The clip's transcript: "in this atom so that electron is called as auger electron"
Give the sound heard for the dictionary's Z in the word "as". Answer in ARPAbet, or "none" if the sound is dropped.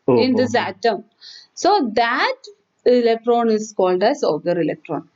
S